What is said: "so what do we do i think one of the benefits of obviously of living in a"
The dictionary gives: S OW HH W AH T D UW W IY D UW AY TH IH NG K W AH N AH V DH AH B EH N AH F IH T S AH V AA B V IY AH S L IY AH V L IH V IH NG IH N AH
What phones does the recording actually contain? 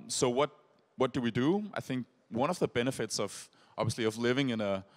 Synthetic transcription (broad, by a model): S OW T W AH T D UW W IY D UW AY TH IH NG K W AH N AH V DH AH B EH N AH F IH T S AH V AA B V IY AH S L IY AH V L IH V IH NG IH N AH